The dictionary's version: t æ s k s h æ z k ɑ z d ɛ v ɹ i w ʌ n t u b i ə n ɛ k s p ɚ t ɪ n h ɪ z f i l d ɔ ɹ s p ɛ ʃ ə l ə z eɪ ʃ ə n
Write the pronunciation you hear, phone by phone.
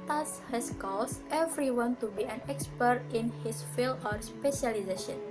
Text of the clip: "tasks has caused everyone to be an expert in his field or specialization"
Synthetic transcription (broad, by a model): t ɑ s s h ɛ s k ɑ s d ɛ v ɹ i w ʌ n t u b i ə n ɛ k s p ɚ t ɪ n h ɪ s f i l ɔ ɹ s p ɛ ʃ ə l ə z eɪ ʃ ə n